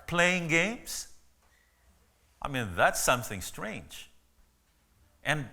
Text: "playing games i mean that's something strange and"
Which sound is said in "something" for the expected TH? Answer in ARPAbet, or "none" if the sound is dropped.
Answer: TH